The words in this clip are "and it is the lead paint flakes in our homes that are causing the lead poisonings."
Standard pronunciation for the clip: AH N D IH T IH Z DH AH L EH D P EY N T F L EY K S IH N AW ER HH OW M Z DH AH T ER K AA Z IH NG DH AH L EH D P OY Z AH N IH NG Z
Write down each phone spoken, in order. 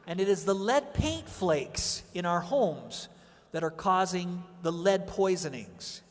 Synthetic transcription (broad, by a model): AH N IH T IH Z DH AH L EH D P EY N T F L EY K S IH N AW ER HH OW M Z DH AH T ER K AA Z IH NG DH AH L EH D P OY Z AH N IH NG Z